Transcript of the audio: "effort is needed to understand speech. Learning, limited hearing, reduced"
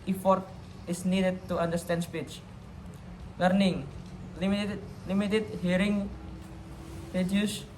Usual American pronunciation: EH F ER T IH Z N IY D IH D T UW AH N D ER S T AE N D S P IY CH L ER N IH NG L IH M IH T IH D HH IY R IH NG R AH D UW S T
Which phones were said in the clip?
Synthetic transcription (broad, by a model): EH F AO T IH S N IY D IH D T UW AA N D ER S T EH N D S P IY CH L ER N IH NG L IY M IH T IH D HH IY R IH NG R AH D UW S